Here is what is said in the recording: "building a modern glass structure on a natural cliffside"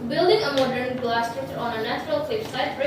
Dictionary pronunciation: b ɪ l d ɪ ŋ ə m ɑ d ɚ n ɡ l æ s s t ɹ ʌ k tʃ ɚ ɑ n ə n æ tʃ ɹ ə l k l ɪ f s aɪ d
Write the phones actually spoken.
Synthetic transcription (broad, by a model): b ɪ l d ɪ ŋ ə m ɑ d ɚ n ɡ l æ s s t ɛ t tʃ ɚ ɑ n ə n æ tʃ ɹ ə l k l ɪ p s aɪ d